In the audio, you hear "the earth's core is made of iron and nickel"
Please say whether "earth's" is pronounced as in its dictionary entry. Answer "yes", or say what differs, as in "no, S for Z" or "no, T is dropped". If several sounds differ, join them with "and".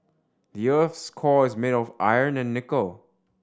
yes